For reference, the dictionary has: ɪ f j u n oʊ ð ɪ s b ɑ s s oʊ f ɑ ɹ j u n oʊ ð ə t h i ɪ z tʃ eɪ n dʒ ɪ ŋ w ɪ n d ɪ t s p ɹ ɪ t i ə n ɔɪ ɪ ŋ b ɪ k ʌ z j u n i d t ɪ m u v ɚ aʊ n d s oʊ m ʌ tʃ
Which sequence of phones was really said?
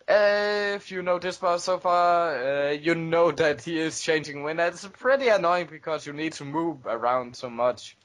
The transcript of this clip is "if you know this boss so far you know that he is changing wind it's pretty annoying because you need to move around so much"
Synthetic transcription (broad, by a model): ɪ f j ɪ n oʊ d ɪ s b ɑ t s oʊ f ɑ ɹ j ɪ n oʊ ð ə t h i ɪ z tʃ eɪ n dʒ ɪ ŋ w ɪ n ɪ t s p ɹ ɪ t i ə n ɔɪ ɪ ŋ b ɪ k ʌ z j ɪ n i d t ɪ m u v ɚ aʊ n d s oʊ m ʌ tʃ